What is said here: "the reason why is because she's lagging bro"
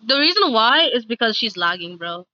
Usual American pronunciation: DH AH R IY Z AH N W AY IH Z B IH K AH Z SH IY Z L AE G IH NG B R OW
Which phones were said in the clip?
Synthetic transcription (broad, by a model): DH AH R IY Z AH N W AY IH Z B IH K AH Z SH IY Z L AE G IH NG B R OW